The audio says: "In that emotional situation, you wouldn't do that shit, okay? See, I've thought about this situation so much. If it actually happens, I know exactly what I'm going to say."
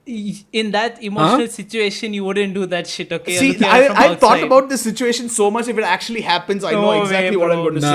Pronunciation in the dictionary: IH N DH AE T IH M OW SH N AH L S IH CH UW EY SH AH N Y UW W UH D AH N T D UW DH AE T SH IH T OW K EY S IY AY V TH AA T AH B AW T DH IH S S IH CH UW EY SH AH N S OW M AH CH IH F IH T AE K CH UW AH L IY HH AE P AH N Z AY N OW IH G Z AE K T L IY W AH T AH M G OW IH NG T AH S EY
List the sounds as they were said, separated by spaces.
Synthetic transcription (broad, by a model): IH N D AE T IH M OW SH N AH L S IH CH UW EY SH AH N Y UW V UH D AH N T D UW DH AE T SH IH T OW K EY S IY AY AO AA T AH B AW T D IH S S IH CH UW EY SH AH N S OW M AH CH IH F IH T AE K CH UW AH L IY HH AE P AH N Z AY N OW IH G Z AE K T L IY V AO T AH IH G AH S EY